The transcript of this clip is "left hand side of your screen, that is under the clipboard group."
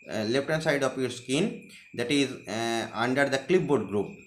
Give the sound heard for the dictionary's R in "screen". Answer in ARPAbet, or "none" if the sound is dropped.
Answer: none